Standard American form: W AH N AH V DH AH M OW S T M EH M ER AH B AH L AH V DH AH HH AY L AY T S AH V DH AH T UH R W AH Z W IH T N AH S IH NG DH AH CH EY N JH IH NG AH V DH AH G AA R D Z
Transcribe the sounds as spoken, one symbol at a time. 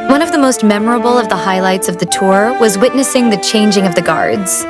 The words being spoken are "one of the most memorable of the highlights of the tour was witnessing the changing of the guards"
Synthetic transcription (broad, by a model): W AH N AH V DH AH M OW S T M EH M ER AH B L AH V DH AH HH AY L AY T S AH V DH AH T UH R W AH Z W IH T N AH S IH NG DH AH CH EY N JH IH NG AH V DH AH G AA R D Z